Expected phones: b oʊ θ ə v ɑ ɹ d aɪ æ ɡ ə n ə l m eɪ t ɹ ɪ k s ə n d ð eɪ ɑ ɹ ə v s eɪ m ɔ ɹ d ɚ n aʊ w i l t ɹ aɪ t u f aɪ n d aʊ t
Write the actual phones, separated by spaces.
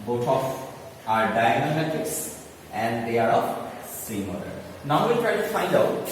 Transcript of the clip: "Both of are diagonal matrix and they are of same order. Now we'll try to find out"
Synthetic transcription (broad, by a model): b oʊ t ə f ɑ ɹ d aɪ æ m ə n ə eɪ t ɪ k s ə n d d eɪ ɑ ɹ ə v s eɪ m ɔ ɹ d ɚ n aʊ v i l t ɹ aɪ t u f aɪ n d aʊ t